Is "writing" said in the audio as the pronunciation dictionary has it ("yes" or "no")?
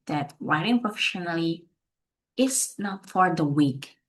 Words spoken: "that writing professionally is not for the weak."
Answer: no